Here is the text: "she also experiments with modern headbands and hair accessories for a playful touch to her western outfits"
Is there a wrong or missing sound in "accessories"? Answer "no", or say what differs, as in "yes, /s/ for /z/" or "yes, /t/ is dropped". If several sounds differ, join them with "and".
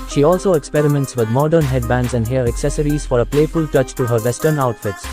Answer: no